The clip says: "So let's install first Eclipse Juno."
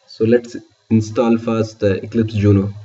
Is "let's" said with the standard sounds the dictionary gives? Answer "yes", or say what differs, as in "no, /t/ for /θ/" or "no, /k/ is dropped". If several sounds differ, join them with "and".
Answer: yes